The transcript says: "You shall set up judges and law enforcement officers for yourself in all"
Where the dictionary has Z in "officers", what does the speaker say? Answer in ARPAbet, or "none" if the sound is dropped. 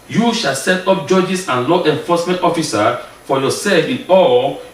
none